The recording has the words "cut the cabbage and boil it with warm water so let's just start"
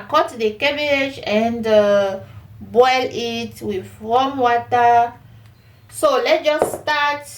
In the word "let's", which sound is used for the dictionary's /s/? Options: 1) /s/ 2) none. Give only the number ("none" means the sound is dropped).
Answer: 2